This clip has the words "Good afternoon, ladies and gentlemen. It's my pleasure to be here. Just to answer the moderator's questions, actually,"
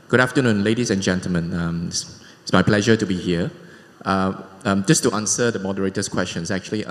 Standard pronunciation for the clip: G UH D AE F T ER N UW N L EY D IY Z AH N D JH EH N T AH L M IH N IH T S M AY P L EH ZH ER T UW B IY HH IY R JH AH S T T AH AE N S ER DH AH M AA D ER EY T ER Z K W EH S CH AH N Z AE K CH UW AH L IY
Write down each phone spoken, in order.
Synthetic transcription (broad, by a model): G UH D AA F T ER N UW N L EY D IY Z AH N JH EH N T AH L M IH N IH S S M AY P L EH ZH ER T UW B IY HH IY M JH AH S T T AH N S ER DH AH M AA D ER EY T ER S K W EH S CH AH N S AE K CH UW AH L IY